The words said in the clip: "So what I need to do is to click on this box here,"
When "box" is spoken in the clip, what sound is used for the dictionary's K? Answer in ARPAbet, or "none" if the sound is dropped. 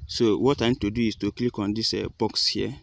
K